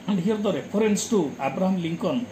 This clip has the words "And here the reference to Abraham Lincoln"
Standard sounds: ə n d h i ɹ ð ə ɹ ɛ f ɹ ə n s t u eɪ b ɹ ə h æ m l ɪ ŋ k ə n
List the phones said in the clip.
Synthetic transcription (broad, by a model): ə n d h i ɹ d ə ɹ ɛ p ɹ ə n s t u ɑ b ɹ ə h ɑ m l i ŋ k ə n